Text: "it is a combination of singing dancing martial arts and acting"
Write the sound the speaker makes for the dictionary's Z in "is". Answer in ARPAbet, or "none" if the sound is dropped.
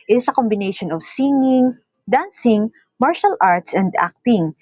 S